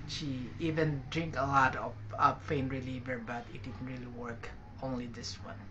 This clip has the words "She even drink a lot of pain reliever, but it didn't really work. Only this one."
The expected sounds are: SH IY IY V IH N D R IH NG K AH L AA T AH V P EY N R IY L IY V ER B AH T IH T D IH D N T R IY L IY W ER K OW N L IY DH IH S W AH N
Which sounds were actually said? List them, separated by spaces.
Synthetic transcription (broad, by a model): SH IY IY V IH N D R IH NG K AH L AA T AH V F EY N R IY L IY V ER B AH T IH T D IH D N T R IY L IY W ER K OW N L IY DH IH S W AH N